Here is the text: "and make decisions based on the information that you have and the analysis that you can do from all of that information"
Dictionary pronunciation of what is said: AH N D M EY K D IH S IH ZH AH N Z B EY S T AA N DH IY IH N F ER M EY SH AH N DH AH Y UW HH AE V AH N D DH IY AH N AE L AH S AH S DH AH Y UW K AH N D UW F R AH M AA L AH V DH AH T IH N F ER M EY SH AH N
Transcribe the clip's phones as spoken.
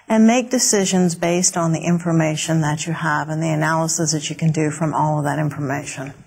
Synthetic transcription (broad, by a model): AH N M EY K D IH S IH ZH AH N Z B EY S T N DH IY IH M F ER M EY SH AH N DH AH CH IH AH V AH N DH IY AH N AE L AH S AH S DH AH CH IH K AH N D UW F R AH M AA L AH V DH AH T IH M F ER M EY SH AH N